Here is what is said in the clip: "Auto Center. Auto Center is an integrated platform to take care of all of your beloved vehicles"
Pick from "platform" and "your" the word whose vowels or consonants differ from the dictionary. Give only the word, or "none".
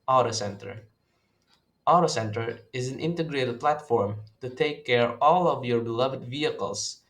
none